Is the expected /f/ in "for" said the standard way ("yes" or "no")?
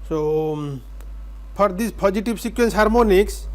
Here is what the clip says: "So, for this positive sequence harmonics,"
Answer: no